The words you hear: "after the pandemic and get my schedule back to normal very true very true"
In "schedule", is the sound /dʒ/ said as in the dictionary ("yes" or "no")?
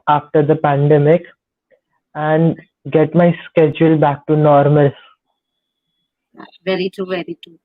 yes